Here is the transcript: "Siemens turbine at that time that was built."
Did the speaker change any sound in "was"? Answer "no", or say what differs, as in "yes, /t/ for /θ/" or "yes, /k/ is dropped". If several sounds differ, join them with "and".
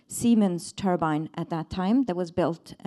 no